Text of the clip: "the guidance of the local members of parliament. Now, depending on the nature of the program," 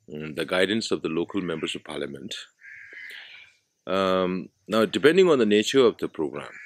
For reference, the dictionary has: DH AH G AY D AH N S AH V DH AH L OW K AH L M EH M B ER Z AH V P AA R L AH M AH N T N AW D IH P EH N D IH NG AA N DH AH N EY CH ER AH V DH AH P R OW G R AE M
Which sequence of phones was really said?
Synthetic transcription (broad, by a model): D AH G AY D AH N S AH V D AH L OW K AH L M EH M B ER S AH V P AA R L AH M AH N T N AW D IH P EH N D IH NG AA N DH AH N EY CH ER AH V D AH P R OW G R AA M